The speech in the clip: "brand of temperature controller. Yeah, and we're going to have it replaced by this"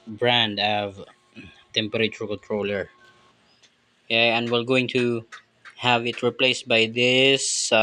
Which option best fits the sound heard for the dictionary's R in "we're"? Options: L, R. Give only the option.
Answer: L